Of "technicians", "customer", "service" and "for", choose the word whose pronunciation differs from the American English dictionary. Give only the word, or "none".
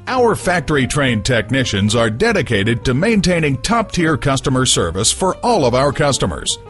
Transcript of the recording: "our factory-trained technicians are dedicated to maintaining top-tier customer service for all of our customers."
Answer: none